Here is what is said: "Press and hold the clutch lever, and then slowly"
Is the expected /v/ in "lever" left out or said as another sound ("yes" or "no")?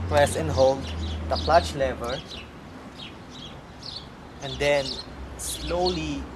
no